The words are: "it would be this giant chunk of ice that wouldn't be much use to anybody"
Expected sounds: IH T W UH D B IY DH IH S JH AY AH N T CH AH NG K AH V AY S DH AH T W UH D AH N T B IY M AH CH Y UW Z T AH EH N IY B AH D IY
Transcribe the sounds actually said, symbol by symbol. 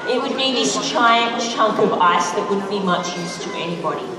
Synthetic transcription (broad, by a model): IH T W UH D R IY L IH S CH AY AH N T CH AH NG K AH V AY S DH AH T W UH D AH N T B IY M AH CH Y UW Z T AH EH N IY B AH D IY